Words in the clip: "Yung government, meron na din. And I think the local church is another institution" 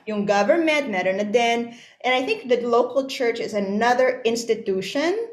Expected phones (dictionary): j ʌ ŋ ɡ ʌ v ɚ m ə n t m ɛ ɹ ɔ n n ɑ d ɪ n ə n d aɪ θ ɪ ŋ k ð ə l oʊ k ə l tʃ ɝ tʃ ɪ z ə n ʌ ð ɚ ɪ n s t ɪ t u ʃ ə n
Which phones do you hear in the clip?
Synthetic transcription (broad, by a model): j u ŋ ɡ ʌ v ɚ m ə n t m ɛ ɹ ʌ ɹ n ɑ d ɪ n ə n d aɪ θ ɪ ŋ k ð ə l oʊ k ə l tʃ ɝ tʃ ɪ z ə n ʌ ð ɚ ɪ n s t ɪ t u ʃ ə n